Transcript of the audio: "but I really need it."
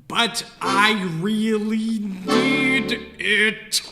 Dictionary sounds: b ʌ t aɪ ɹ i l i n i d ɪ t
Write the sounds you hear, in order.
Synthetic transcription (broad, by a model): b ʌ t aɪ ɹ i l i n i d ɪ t